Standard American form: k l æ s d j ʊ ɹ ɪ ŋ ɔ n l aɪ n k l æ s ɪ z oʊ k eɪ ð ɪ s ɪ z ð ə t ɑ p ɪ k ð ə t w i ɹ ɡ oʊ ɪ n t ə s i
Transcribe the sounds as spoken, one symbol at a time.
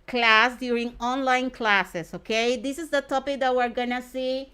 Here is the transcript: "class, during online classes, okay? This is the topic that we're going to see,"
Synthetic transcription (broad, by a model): k l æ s d j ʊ ɹ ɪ ŋ ɔ n l aɪ n k l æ s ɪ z oʊ k eɪ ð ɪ s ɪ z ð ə t ɑ p ɪ k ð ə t w i ɹ ɡ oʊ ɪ n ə s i